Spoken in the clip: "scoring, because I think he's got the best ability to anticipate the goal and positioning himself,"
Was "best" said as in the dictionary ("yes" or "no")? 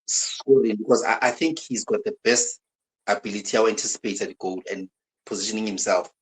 yes